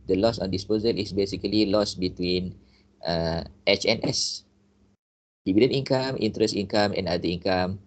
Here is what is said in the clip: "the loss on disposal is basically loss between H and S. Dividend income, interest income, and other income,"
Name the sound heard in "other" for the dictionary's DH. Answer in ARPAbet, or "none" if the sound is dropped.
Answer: none